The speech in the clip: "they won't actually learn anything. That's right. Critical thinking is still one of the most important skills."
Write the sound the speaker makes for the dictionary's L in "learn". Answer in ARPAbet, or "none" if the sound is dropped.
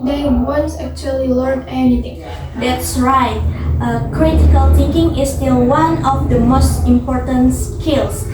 L